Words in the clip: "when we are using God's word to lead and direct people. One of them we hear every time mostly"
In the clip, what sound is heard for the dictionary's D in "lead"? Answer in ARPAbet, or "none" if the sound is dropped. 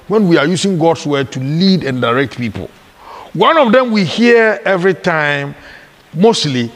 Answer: D